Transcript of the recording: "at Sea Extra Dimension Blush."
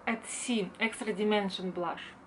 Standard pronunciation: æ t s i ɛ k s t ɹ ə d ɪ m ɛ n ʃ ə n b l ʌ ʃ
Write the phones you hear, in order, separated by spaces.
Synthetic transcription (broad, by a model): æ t s i ɛ k s t ɹ ə d ɪ m ɛ n ʃ ə n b l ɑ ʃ